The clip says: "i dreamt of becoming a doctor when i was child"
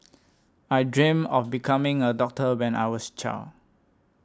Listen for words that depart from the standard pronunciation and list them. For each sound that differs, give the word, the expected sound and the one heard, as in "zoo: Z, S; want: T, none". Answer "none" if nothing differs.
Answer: dreamt: T, none; of: V, F; was: Z, S